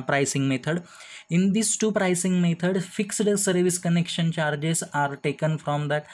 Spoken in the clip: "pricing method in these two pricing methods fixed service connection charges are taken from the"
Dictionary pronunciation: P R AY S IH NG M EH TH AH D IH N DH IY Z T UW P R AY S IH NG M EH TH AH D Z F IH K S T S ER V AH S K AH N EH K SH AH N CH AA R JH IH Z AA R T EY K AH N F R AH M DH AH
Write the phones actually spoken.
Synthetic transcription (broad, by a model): P R AY S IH NG M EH T AH D IH N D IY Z T UW P R AY S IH NG M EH T AH D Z F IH K S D S ER V AH S K AH N EH K SH AH N CH AA R JH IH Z AA R T EY K AH N F R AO M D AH